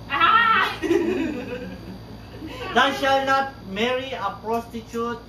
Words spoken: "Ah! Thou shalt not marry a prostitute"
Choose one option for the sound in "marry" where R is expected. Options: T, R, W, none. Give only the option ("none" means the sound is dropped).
R